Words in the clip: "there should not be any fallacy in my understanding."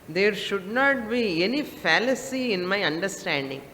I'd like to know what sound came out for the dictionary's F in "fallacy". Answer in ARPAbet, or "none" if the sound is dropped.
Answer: F